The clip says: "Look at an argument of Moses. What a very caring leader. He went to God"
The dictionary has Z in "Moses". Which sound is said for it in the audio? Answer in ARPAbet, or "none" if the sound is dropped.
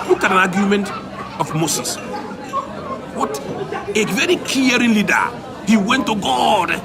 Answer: S